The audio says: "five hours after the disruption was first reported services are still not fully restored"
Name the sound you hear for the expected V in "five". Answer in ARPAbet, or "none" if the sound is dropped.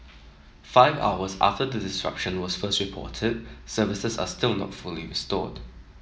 V